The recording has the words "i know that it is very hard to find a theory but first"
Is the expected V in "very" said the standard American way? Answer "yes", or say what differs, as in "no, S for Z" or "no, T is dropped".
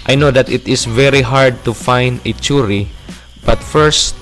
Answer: yes